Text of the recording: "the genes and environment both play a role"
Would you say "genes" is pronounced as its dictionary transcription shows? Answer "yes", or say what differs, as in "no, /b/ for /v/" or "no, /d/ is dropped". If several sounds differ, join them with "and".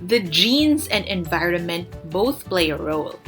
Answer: yes